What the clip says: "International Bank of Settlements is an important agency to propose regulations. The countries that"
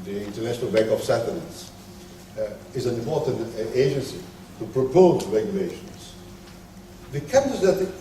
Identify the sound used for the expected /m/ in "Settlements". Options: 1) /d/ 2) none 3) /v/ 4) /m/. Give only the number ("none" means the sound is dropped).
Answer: 2